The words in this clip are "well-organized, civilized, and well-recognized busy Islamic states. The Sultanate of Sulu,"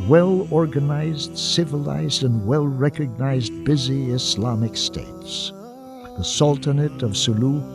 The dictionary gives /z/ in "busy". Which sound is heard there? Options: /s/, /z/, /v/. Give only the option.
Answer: /z/